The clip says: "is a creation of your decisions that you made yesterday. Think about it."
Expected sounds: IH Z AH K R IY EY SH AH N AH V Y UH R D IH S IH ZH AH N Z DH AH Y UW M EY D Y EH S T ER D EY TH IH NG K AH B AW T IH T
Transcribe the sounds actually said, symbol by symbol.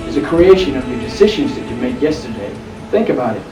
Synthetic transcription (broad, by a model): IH Z AH K R IY EY SH AH N AH V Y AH R D IH S IH ZH AH N Z DH AH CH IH M EY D Y EH S T ER D EY TH IH NG K AH B AW T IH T